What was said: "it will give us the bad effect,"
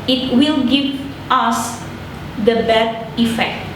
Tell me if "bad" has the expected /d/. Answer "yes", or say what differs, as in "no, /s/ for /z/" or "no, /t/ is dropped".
no, /d/ is dropped